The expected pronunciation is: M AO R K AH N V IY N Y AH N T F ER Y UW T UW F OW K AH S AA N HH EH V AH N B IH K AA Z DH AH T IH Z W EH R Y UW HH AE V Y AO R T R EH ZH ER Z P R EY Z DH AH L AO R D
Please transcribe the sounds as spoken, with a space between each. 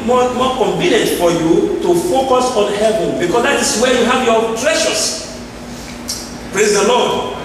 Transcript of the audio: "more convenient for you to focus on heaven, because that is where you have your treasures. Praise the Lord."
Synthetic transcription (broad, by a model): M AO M K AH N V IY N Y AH N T F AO Y UW T UW F OW K AH S AA N HH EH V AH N B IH K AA S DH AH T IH S W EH Y UW HH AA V Y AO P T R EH SH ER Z P R EY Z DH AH L AO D